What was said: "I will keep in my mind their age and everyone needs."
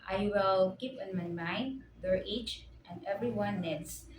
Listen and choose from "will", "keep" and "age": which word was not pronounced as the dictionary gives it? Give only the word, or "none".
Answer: age